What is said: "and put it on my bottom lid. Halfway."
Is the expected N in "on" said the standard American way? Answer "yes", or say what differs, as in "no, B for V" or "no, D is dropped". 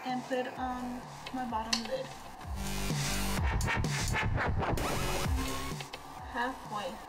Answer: yes